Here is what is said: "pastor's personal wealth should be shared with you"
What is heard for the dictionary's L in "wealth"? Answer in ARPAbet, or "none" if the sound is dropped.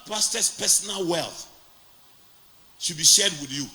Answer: L